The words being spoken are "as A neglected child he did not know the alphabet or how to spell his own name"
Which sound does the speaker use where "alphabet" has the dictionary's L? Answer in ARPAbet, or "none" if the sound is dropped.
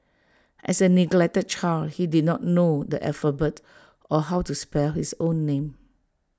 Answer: none